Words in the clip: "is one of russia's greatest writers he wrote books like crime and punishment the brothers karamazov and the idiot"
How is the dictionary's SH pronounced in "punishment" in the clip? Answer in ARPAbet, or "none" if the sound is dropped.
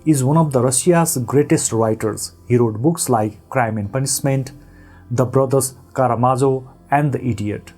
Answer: S